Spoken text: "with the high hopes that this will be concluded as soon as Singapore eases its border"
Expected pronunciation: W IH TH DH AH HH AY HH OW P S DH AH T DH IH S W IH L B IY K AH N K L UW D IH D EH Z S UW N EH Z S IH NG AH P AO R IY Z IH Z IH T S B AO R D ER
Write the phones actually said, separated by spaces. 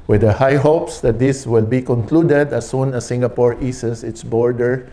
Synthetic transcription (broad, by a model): W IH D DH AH HH AY HH OW P S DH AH T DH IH S W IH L B IY K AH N K L UW D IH D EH S UW N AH S IH NG AH P AO R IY S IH S IH T S B AO R D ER